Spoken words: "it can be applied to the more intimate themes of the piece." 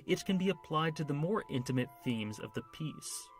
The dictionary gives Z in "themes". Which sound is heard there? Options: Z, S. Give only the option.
Z